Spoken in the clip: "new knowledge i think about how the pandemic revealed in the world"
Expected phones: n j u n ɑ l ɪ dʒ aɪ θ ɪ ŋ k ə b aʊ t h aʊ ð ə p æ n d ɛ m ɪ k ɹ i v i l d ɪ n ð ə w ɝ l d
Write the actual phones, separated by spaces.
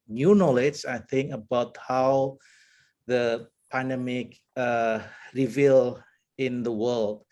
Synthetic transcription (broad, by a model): n j u n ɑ l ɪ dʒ aɪ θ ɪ ŋ k ə b aʊ t h aʊ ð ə p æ n d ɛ m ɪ k ɹ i v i l ɪ n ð ə w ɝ l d